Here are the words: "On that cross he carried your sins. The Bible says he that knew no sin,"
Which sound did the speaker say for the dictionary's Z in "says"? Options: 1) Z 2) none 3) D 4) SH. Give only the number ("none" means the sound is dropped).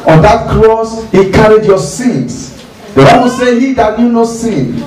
2